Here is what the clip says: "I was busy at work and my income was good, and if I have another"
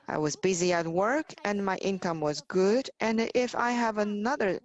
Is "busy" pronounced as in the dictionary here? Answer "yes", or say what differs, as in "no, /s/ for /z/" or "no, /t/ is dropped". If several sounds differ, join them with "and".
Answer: yes